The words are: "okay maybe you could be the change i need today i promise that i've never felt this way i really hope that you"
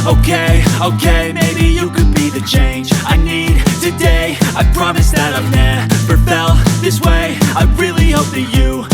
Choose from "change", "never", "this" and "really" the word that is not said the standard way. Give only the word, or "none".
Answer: never